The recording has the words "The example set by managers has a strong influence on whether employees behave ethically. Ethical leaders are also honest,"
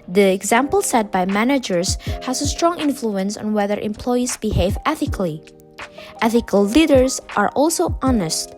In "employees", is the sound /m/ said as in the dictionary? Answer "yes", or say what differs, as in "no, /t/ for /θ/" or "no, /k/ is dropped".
yes